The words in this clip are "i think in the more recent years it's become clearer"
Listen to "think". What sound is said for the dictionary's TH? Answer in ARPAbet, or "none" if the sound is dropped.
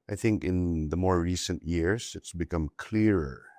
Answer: TH